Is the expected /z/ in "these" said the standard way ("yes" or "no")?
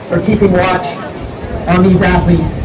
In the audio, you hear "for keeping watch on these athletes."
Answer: yes